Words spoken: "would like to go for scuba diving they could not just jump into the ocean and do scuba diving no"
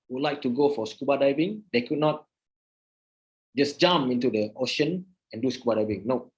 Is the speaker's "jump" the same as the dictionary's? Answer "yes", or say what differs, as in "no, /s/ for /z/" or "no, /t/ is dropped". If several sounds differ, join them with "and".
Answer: no, /p/ is dropped